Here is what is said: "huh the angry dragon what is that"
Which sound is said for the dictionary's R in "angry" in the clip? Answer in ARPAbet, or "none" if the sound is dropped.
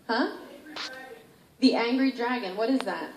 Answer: R